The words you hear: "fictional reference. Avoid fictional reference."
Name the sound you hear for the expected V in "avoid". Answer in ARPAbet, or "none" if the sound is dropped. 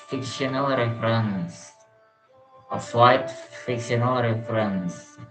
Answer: W